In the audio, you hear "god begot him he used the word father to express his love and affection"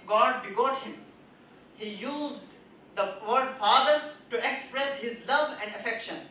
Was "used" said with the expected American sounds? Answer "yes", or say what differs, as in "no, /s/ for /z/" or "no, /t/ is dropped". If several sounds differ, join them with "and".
yes